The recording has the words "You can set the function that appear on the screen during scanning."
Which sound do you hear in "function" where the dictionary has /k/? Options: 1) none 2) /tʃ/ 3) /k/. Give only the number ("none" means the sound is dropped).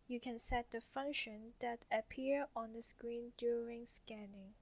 3